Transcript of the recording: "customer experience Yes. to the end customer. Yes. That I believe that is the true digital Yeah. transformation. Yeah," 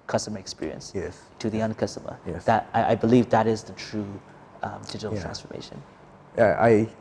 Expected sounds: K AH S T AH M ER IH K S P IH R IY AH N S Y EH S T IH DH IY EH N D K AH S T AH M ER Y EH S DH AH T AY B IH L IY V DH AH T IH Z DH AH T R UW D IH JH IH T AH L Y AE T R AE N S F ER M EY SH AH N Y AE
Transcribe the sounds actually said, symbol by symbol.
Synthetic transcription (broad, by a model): K AH S T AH M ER IH K S P IH R IY AH N S Y EH S T IH DH IY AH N K AH S T AH M ER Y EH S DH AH T AY B IH L IY V DH AH T IH Z DH AH T R UW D IH JH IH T L T R AE N S F ER M EY SH AH N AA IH